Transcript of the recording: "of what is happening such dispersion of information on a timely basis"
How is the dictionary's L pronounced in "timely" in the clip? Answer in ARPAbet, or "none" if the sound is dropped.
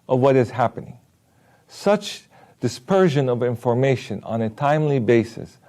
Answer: L